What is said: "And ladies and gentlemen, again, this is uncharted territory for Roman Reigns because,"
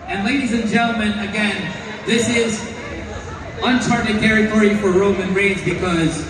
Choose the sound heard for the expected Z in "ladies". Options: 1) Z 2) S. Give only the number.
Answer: 1